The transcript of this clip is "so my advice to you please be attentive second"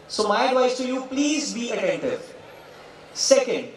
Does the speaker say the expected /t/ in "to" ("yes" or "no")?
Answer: yes